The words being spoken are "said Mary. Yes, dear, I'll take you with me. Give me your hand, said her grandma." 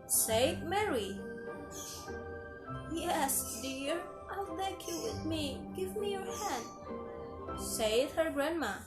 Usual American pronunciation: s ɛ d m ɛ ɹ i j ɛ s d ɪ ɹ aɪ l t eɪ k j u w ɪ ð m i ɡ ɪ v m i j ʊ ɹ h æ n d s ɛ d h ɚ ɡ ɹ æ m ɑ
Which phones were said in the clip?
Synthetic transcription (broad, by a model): s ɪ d m ɛ ɹ i j ɛ s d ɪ ɹ aɪ l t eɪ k j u w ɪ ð m i ɡ ɪ v m i j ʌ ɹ h æ n d s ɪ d h ɚ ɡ ɹ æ m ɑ